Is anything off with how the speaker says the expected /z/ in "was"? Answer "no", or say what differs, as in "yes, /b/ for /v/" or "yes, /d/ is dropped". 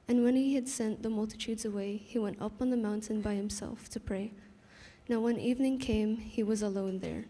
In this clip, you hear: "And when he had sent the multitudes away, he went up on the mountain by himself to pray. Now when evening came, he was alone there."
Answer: no